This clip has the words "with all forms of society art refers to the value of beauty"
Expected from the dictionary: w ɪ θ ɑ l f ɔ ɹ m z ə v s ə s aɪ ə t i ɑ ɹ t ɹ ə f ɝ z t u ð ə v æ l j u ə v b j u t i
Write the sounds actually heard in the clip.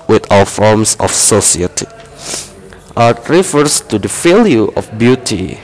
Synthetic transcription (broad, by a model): w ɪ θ ɑ w f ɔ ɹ m s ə f s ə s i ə t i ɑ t ɹ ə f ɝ s t u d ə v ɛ l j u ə f b j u t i